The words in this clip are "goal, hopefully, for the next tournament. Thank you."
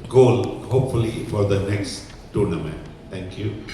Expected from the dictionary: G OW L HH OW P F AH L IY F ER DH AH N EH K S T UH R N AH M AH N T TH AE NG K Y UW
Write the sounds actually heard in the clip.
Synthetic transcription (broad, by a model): G OW L HH OW P F AH L IY F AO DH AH N EH K S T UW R N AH M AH N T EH NG K Y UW